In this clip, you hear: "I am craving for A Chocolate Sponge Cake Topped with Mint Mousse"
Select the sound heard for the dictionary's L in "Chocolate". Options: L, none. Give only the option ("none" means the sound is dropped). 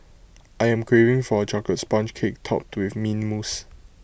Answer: none